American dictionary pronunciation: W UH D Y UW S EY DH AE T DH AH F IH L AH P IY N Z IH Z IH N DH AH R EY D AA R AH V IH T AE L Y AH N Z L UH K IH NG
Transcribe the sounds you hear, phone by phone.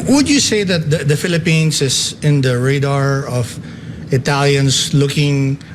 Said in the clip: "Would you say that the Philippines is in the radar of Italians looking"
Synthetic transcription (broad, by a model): W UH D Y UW S EY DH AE T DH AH F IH L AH P IY N S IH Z IH N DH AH R EY D AA R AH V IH T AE L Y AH N S L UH K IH NG